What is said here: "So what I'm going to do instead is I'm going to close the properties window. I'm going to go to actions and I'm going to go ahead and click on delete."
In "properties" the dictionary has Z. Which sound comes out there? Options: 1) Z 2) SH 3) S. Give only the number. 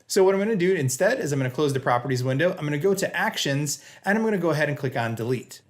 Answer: 1